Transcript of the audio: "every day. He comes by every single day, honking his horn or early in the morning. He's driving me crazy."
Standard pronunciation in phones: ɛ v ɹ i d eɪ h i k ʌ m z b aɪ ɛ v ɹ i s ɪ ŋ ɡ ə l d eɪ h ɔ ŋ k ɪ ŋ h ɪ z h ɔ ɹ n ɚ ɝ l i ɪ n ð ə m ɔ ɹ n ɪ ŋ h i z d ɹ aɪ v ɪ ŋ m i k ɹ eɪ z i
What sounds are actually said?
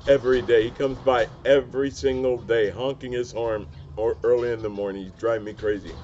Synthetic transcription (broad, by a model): ɛ v ɹ i d eɪ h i k ʌ m z b aɪ ɛ v ɹ i s ɪ ŋ ɡ l d eɪ h ɔ ŋ k ɪ ŋ ɪ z h ɔ ɹ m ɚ ɝ l i ɪ n ð ə m ɔ ɹ n ɪ ŋ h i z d ɹ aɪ ɪ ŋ m i k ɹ eɪ z i